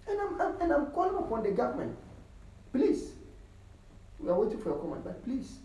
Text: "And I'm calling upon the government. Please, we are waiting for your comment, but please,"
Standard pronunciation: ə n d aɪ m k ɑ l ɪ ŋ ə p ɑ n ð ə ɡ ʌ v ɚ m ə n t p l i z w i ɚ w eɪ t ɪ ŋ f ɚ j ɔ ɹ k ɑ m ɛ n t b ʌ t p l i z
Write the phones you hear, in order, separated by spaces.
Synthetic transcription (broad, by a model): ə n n aɪ m k ɑ l ɪ ŋ ə p ɑ n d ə ɡ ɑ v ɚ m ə n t p l i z w i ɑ w eɪ t ɪ ŋ f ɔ j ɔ k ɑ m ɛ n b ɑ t p l i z